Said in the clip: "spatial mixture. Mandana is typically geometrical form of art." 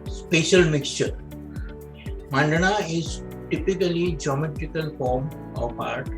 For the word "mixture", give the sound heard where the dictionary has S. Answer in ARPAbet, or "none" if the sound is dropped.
S